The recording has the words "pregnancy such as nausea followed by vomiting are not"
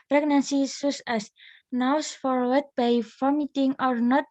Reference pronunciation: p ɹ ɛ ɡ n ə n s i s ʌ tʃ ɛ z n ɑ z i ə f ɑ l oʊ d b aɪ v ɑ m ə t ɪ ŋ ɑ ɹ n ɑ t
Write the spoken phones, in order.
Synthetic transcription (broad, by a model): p ɹ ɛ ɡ n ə n s i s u s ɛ s n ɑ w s f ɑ w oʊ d b aɪ f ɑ m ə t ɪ ŋ ɑ ɹ n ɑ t